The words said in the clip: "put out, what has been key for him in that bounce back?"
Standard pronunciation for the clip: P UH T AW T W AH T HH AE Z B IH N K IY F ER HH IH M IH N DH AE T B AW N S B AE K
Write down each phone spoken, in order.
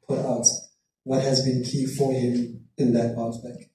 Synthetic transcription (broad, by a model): P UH T AW T W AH T HH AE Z B IH N K IY F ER HH IH M IH N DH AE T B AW S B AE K